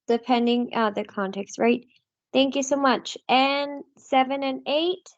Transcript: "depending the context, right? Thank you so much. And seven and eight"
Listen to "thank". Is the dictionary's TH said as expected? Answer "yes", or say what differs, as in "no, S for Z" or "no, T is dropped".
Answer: yes